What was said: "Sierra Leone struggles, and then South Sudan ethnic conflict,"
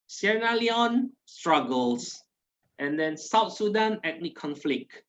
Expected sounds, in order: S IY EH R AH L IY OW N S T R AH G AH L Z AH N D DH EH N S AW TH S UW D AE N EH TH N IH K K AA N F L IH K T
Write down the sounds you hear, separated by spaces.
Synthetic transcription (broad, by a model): S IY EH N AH L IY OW N S T R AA G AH L S AH N D EH N S AW T S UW D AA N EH T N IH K K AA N F L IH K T